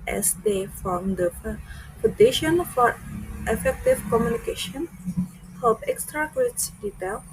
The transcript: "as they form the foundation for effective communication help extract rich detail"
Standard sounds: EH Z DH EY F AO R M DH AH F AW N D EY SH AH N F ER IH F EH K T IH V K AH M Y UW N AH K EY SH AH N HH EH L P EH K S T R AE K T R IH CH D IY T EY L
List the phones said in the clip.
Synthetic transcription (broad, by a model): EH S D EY F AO M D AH P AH D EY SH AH N F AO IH F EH K T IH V K AH M Y UW N AH K EY SH AH N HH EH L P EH K S T R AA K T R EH S D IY T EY L